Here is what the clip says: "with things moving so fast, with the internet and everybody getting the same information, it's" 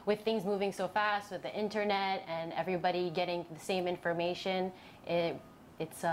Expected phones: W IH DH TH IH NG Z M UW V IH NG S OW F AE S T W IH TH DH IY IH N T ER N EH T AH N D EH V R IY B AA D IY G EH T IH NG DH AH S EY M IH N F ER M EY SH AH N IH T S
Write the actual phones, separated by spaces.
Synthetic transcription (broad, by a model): W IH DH TH IH NG Z M UW V IH NG S OW F AE S T W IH DH IY IH N T ER N EH T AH N EH V R IY B AA D IY G EH T IH NG DH AH S EY M IH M F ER M EY SH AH N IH T S